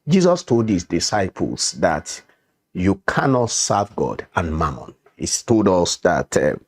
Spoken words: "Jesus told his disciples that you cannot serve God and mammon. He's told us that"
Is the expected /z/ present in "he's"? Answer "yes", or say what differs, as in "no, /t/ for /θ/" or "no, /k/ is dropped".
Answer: no, /s/ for /z/